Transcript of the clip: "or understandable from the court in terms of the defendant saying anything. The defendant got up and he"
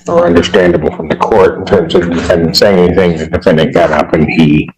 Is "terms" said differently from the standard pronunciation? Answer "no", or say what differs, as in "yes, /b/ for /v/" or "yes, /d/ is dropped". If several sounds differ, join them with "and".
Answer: no